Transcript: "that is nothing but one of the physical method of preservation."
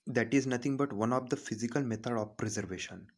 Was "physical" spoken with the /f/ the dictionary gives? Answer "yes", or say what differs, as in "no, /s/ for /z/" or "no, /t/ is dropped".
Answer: yes